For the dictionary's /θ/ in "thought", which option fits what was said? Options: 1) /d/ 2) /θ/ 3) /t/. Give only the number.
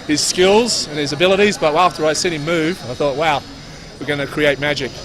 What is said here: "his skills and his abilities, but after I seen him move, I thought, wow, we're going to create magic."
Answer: 2